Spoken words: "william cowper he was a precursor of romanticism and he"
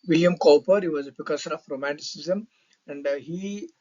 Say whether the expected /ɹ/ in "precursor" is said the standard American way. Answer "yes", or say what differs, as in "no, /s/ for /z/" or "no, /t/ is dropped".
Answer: no, /ɹ/ is dropped